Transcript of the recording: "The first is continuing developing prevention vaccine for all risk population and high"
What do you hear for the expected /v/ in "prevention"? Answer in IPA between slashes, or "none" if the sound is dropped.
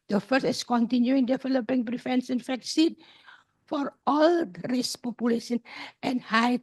/f/